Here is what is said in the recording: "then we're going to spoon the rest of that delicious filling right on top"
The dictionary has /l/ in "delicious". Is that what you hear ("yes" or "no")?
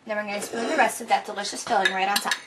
yes